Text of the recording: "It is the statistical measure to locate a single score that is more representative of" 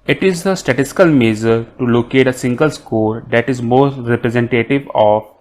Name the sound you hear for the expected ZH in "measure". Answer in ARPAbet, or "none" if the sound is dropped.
Z